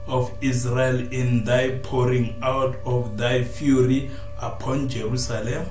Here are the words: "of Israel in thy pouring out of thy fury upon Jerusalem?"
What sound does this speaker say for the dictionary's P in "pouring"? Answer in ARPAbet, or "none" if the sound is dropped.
P